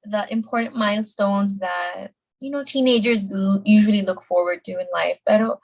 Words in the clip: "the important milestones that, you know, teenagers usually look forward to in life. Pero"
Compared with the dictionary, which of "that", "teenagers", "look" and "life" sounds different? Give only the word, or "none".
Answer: none